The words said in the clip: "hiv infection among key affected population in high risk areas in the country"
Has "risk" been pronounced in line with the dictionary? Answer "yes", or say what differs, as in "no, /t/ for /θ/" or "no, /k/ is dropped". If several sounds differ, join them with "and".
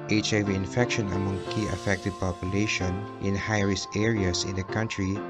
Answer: no, /k/ is dropped